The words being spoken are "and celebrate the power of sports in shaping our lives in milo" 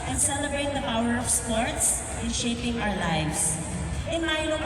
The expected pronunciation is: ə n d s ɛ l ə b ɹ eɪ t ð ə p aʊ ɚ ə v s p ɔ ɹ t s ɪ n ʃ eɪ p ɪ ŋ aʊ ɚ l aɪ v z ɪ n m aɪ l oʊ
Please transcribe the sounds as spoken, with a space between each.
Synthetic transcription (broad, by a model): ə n s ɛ l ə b ɹ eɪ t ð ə p aʊ ɚ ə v s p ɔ ɹ t s ɪ n ʃ eɪ p ɪ ŋ aʊ ɚ l aɪ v s ɪ n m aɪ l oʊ